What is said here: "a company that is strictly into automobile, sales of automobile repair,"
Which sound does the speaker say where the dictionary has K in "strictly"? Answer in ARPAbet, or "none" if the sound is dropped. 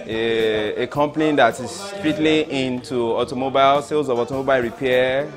none